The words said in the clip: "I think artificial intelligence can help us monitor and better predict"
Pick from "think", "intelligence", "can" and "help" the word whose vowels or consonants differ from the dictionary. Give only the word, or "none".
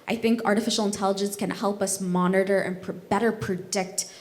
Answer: none